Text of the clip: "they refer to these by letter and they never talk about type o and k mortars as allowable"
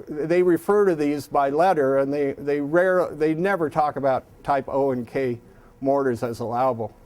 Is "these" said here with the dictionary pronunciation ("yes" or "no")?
yes